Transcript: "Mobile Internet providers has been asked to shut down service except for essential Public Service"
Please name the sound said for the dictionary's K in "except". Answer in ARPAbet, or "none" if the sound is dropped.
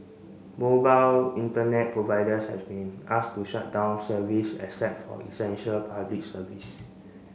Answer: none